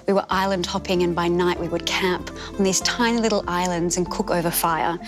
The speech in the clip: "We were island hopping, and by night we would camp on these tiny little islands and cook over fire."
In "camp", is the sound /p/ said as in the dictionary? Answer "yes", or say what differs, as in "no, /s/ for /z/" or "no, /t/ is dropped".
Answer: yes